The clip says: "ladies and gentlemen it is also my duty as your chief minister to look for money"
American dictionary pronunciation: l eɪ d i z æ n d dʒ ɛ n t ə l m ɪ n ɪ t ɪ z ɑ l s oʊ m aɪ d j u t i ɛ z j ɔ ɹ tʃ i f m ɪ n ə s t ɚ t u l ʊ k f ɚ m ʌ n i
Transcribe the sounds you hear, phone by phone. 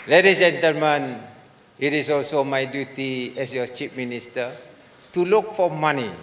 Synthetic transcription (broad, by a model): l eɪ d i dʒ ɛ n t ə l m ɪ n ɪ t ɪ s ɑ l s oʊ m aɪ d j u t i ɛ s j ɔ tʃ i p m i n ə s t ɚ t u l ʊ k f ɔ m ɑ n i